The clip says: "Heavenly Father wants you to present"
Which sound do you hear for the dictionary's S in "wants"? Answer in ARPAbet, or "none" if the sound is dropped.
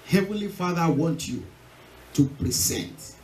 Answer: none